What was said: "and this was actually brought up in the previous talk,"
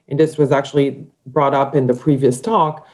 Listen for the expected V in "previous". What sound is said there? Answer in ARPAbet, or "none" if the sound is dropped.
V